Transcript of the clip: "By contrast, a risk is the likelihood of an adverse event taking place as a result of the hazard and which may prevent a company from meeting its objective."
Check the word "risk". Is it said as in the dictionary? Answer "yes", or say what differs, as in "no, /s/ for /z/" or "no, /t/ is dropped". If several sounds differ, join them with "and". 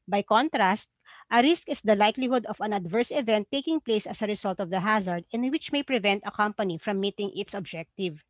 yes